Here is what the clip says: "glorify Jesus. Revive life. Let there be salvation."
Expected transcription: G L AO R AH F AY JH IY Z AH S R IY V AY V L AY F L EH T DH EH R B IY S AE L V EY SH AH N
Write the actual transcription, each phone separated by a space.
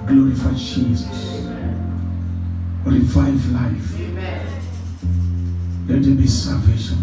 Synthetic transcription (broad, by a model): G L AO R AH F AY SH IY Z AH R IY F AY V L AY F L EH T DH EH B IY S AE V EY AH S